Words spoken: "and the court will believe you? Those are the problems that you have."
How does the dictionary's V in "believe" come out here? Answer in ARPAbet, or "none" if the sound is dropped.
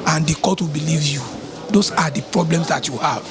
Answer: V